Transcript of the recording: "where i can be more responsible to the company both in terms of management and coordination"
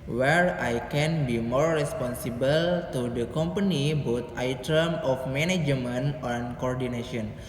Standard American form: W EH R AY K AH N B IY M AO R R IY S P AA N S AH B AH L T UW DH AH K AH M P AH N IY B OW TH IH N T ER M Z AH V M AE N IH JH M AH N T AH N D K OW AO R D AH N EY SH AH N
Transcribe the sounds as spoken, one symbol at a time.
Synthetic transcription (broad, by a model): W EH R AY K AH N B IY M AO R R IY S P AA N S AH B AH L T UW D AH K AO M P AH N IY B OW T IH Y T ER M AH F M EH N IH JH M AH N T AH N K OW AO R D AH N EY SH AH N